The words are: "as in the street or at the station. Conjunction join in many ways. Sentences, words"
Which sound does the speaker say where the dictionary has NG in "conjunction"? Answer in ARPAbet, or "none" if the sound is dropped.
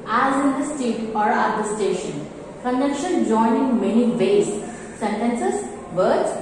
none